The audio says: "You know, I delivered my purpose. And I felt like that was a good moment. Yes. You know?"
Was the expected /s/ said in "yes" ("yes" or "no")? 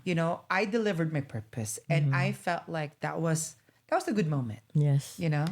yes